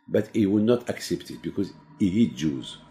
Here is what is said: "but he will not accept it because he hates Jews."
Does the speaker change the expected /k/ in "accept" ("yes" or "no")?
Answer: no